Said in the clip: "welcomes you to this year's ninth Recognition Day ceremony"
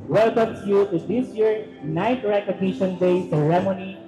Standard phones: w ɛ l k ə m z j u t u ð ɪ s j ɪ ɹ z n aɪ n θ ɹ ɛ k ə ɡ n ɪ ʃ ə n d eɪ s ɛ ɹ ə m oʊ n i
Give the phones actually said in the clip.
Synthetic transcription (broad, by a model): w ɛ l k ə m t j u t u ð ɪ s j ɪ ɹ n aɪ n t ɹ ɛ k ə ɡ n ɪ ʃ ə n d eɪ s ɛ ɹ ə m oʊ n i